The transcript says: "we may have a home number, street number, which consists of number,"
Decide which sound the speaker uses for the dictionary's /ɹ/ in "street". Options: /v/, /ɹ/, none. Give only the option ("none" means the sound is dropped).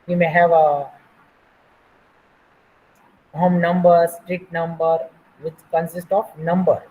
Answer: /ɹ/